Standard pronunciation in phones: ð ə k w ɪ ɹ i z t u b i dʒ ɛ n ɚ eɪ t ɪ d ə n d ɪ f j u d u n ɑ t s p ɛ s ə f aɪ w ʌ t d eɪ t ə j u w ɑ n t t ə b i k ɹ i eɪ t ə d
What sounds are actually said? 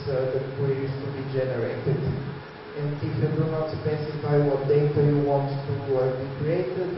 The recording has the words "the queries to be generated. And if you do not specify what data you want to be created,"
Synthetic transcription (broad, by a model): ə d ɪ w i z t u b i dʒ ɛ n ɚ eɪ t ɪ d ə n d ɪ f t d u n ɑ t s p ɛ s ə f aɪ w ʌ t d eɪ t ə j u w ɑ n t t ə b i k ɹ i eɪ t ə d